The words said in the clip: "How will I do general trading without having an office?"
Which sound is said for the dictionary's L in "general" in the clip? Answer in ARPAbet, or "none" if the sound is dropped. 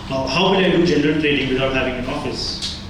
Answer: N